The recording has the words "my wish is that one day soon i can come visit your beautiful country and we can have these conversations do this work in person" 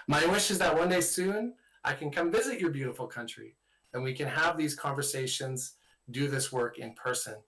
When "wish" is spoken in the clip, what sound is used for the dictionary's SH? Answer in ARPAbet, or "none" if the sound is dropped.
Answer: SH